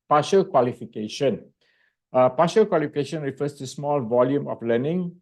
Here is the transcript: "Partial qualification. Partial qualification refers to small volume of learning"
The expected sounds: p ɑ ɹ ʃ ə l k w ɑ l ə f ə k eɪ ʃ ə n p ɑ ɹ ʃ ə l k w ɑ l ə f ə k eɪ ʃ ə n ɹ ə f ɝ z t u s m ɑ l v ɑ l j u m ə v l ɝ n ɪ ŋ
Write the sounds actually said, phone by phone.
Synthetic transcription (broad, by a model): p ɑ ʃ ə l k w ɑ l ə f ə k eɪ ʃ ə n p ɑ ʃ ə l k w ɑ l ə f ə k eɪ ʃ ə n ɹ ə f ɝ s t u s m ɑ l v ɑ l j u m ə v l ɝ n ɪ ŋ